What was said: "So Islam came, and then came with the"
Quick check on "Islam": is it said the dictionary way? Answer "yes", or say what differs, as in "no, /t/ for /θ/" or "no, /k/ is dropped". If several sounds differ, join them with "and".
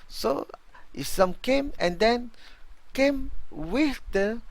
no, /l/ is dropped